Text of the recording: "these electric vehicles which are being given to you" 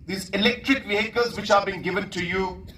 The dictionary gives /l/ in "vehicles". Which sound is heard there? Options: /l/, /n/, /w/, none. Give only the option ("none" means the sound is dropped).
none